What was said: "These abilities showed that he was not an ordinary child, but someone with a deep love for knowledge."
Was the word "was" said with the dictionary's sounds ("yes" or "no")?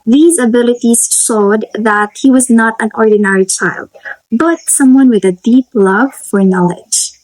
yes